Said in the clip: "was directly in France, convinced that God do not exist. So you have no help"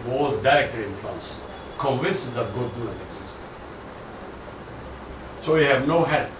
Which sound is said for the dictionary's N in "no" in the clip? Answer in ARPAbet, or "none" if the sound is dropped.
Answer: N